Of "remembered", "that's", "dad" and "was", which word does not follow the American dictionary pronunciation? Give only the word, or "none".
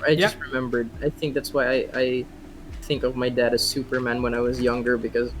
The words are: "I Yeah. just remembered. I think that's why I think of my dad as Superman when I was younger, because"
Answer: none